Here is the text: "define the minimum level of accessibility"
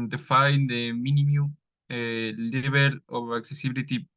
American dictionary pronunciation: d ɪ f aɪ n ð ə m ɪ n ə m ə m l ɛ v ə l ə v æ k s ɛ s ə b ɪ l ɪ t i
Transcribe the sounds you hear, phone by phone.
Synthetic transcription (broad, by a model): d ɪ f aɪ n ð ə m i n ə m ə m l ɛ b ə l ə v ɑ k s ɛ s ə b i l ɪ t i